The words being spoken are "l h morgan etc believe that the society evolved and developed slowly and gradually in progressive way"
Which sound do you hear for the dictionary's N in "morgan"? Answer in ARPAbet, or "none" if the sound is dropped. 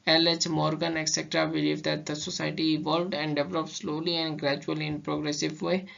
N